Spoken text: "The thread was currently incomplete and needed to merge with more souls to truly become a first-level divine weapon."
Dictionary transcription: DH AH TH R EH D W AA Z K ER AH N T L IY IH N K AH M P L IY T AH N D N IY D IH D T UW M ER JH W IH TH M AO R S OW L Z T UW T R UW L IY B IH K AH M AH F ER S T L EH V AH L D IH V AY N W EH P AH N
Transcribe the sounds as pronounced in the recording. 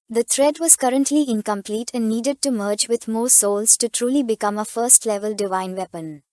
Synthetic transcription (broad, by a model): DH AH T R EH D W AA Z K ER AH N T L IY IH N K AH M P L IY T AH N N IY D IH D T UW M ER JH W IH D M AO S OW L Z T UW T R UW L IY B IH K AH M AH F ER S T L EH V AH L D IH V AY N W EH P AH N